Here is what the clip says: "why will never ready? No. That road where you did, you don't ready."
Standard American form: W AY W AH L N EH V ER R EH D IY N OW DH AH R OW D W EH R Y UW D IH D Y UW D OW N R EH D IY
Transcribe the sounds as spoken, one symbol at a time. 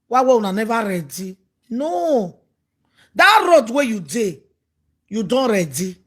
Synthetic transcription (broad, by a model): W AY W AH N N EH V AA R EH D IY N OW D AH R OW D W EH Y UW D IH Y UW D OW N R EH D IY